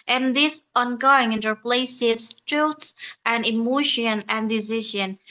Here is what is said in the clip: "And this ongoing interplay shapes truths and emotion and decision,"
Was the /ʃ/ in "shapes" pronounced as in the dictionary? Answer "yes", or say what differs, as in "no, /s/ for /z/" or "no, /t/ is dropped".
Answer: no, /s/ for /ʃ/